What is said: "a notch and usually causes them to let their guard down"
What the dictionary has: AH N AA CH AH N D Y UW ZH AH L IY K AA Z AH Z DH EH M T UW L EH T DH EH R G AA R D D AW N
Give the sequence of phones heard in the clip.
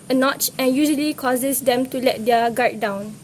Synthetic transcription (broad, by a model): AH N AA CH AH N Y UW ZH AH L IY K AA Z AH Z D EH M T UW L EH T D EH G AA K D D AW N